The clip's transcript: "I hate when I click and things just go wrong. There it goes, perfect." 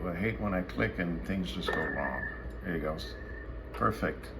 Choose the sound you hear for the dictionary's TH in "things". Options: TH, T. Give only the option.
TH